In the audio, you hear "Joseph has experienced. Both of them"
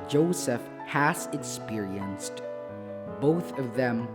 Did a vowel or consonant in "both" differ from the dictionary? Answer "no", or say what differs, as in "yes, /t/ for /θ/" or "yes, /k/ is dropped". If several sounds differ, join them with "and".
no